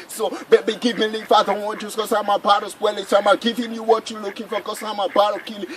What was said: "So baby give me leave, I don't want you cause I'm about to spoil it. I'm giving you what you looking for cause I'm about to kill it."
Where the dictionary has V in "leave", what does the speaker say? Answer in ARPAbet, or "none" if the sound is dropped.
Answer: F